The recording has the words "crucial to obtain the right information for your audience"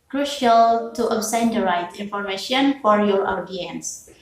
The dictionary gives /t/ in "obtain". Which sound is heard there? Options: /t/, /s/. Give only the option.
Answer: /s/